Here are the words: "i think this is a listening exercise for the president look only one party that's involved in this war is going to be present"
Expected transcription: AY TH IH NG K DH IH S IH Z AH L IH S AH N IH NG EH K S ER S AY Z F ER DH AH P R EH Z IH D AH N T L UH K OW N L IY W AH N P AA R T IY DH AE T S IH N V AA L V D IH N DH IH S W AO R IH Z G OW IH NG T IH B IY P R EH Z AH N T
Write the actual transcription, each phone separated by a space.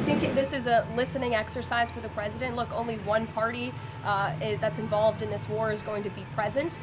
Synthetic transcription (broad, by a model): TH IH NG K DH IH S IH Z AH L IH S AH N IH NG EH K S ER S AY Z F ER DH AH P R EH Z IH D AH N T L UH K OW N L IY W AH N P AA R T IY DH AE T S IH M V AA L V D IH N DH IH S W AO R IH Z G OW IH NG T IH B IY P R EH Z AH N T